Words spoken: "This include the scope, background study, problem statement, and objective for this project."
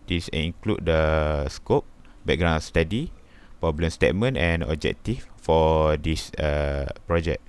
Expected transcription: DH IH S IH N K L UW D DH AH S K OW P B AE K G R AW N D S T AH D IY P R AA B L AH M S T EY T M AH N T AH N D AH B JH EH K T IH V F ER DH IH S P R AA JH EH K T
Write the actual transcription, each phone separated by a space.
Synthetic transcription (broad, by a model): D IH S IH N K L UW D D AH S K OW P B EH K G R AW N S T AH D IY P R AA B L AH M S T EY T M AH N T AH N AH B JH EH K T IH F F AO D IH S P R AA JH EH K